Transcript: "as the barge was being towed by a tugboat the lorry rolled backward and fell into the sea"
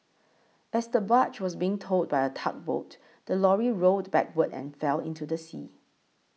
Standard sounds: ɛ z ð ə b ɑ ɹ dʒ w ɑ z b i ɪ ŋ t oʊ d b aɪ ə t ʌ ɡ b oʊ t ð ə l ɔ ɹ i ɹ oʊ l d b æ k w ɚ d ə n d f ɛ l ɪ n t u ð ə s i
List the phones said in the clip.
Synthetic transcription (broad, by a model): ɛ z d ə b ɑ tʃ w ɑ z b i ɪ ŋ t oʊ d b aɪ ə t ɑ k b oʊ t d ə l ɔ ɹ i ɹ oʊ d b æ k w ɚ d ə n f ɛ l ɪ n t u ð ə s i